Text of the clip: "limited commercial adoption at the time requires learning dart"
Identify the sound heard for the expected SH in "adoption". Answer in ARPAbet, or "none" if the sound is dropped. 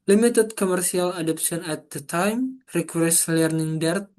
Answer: S